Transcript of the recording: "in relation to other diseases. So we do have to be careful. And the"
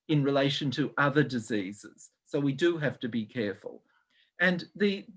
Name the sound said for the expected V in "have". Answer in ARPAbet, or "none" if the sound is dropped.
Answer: F